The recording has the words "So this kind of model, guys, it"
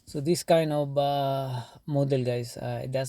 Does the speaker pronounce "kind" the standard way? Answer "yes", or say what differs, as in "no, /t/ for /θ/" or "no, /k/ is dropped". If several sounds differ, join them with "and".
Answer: yes